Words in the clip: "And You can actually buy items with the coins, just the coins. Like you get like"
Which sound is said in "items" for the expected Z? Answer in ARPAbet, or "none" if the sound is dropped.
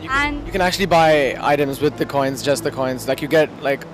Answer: Z